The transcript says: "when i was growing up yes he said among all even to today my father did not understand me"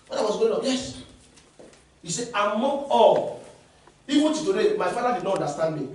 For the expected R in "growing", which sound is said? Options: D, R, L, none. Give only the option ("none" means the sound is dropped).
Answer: none